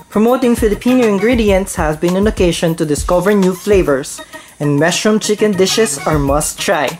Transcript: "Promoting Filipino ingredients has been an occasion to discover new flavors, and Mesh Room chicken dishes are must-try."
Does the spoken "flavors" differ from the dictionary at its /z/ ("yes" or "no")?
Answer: yes